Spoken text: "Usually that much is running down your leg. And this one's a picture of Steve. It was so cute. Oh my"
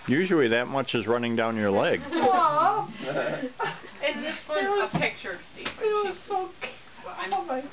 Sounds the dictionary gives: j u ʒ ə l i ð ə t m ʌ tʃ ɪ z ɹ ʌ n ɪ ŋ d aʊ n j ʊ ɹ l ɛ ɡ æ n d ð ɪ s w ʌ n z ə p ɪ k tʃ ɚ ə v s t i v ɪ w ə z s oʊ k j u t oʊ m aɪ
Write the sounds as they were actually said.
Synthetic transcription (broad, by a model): j u ʒ l i ð ə t m ʌ tʃ ɪ z ɹ ʌ n ɪ ŋ d aʊ n j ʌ ɹ l ɛ ɡ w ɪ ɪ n ə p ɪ k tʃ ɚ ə s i ɪ w ə z s oʊ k oʊ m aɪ